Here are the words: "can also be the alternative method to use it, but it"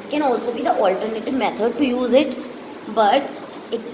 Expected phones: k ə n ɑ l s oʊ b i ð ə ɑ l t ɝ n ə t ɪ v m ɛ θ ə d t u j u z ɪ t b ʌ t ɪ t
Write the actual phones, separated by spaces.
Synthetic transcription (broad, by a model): k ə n ɑ l s oʊ b i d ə ɑ l t ɝ n ə t ɪ v m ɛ t ə d t u j u z ɪ t b ʌ t ɪ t